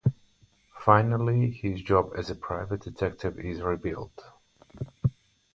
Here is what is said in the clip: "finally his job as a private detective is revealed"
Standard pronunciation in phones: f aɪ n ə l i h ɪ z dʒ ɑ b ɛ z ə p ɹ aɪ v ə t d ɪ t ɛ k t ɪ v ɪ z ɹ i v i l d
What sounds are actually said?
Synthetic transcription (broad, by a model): f aɪ n ə l i h ɪ z dʒ ɑ b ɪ z ə p ɹ aɪ v ə t d ɪ t ɛ k t ɪ v ɪ z ɹ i b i l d